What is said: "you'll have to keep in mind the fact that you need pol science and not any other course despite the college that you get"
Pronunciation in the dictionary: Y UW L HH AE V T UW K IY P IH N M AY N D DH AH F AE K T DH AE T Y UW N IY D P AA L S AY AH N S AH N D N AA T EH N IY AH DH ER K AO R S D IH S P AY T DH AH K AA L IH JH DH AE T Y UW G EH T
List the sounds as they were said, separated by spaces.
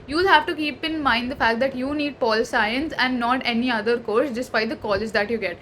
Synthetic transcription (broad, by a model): Y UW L HH AE V T UW K IY P IH N M AY N D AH F AE K T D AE T Y UW N IY D P AA L S AY AH N S AH N D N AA T EH N IY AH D ER K AO R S D IH S P AY T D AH K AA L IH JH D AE T Y UW G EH T